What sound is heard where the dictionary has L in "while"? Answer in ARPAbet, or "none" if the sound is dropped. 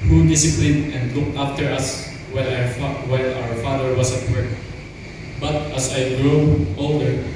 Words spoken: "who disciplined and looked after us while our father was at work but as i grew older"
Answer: W